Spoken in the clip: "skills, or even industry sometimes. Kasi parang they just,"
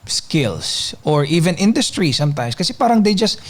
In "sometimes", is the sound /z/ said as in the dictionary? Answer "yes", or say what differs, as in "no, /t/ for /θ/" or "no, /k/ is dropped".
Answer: no, /s/ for /z/